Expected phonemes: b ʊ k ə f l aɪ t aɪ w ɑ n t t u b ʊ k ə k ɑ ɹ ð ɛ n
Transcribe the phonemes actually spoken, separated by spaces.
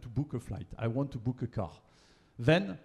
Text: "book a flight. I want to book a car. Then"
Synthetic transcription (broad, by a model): b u k ə f l aɪ t aɪ w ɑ n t t u b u k ə k ɑ ɹ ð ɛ n